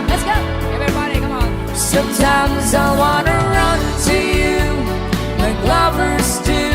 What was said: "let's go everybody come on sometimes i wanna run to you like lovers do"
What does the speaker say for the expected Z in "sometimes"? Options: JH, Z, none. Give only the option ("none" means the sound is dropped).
Z